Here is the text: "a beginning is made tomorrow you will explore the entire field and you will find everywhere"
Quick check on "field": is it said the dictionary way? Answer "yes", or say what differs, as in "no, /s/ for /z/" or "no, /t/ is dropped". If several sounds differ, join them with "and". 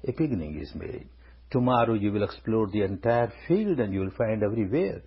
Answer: yes